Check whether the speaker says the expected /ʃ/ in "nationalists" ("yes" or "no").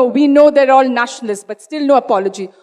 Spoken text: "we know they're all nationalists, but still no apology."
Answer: yes